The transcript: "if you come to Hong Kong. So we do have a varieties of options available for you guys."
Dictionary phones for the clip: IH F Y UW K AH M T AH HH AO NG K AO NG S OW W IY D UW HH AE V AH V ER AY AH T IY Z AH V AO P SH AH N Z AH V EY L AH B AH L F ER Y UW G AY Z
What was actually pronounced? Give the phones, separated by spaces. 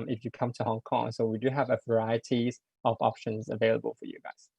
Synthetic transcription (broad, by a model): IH F Y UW K AH M T AH HH AO NG K AO NG S OW W IY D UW HH AE V AH V ER AY AH T IY Z AH V AO P SH AH N Z AH V EY L AH B AH L F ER Y UW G AY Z